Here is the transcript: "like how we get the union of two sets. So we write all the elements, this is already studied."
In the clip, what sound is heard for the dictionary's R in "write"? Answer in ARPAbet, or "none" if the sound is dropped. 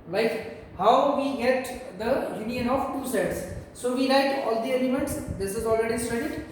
L